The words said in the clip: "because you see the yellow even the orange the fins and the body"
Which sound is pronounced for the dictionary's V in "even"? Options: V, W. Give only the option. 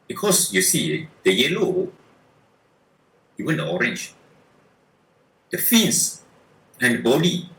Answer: W